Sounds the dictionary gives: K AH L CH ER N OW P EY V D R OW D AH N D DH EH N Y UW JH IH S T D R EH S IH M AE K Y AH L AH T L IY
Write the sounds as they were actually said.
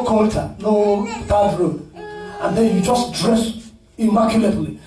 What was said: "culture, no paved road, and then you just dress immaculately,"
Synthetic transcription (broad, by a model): K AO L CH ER N OW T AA D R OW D AH N D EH N Y UW JH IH S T D R EH S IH M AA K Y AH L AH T L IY